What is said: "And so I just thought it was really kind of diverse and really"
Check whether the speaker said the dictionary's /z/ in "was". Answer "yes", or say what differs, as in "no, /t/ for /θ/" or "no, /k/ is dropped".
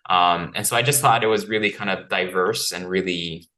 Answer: yes